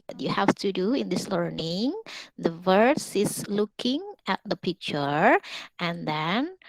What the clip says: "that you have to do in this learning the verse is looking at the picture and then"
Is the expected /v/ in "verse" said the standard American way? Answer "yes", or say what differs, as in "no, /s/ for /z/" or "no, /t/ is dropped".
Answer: yes